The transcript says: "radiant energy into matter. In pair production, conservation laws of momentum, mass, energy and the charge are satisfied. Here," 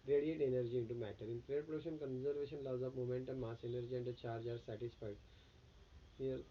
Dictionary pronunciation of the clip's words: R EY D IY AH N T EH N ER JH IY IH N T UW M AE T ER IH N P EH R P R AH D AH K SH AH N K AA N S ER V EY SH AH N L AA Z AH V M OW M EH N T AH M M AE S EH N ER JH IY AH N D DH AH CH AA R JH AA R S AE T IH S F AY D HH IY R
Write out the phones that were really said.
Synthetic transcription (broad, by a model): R EY D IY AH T EH N ER JH IY IH N T UW M AE T ER IH N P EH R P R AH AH SH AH N K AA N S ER V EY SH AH N L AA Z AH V M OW M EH N T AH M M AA S EH N ER JH IY AH N D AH CH AA R JH AA R S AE T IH S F AY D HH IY R